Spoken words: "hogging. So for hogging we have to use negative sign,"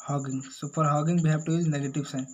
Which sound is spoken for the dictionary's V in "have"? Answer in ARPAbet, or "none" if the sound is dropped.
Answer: B